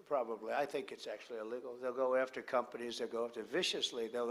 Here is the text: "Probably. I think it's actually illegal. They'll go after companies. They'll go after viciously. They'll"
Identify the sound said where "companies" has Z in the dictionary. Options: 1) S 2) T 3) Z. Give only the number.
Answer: 3